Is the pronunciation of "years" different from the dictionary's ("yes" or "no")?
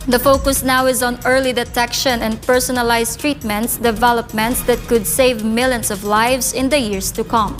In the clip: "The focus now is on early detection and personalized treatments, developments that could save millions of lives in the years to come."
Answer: yes